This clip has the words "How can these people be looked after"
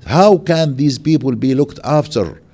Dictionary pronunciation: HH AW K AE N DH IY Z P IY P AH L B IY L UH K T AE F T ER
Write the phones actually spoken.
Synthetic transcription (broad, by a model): HH AW K AE N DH IY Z P IY P AH L B IY L UH K T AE F T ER